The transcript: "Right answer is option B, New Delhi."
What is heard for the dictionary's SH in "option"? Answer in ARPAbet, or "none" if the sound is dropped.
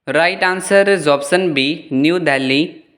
S